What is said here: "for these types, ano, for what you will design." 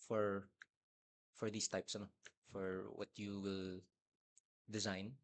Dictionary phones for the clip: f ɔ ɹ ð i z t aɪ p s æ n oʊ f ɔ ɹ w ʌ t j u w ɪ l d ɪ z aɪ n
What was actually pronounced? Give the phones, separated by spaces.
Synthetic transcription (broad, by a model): f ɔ ɹ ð i s t aɪ p s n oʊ f ɔ ɹ w ʌ t j u w ɪ l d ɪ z aɪ n